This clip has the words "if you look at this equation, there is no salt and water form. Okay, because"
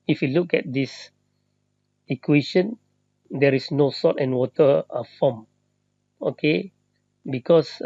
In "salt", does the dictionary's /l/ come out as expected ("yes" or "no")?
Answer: no